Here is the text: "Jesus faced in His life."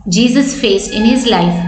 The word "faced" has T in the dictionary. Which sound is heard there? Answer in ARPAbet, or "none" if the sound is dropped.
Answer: none